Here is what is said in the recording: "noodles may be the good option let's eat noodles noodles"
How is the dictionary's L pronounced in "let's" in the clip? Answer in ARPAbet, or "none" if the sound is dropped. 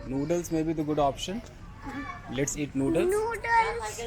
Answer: L